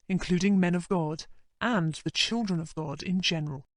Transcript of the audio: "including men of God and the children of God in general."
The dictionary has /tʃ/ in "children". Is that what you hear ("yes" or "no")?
yes